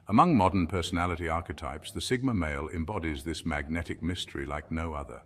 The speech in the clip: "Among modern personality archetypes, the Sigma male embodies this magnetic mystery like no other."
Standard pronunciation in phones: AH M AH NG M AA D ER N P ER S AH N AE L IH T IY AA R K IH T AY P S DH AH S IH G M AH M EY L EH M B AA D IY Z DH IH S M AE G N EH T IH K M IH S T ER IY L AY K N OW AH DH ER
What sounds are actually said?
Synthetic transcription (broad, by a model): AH M AH NG M AA D ER N P ER S AH N AE L IH T IY AA R K IH T AY P S DH AH S IH G M AH M EY L EH M B AA D IY Z DH IH S M AE G N EH T IH K M IH S T ER IY L AY K N OW AH DH ER